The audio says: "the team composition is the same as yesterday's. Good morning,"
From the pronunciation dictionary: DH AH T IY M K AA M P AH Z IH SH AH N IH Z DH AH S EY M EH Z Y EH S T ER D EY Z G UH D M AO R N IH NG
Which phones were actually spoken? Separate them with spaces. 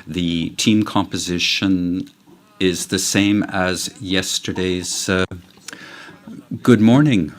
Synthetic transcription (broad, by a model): DH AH T IY M K AA M P AH Z IH SH AH N IH Z DH AH S EY M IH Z Y EH S T ER D EY Z G UH D M AO R N IH NG